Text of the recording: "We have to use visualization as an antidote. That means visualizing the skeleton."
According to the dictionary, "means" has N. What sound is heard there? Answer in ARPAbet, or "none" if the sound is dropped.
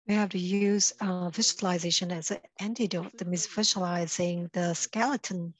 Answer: none